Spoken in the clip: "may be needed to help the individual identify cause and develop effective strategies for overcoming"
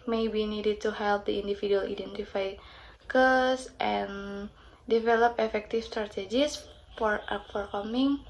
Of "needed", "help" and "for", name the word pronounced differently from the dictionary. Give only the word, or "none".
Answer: none